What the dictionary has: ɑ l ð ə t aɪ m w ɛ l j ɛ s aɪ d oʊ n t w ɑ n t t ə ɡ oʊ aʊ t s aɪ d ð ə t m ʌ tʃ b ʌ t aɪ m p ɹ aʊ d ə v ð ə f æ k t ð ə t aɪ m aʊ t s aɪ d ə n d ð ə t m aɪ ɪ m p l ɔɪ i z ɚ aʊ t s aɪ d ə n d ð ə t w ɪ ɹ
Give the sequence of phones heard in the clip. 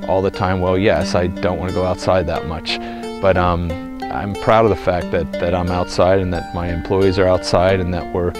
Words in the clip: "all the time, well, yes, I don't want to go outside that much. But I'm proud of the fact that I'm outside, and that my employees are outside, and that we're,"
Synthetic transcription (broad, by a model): ɑ l ð ə t aɪ m w ɛ l j ɛ s aɪ d oʊ n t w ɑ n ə ɡ oʊ aʊ t s aɪ d ð ə t m ʌ tʃ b ʌ t aɪ m p ɹ aʊ d ə v ð ə f æ k t ð ə t aɪ m aʊ t s aɪ d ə n ð ə t m aɪ ɪ m p l ɔɪ i z ɚ aʊ t s aɪ d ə n ð ə t w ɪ ɹ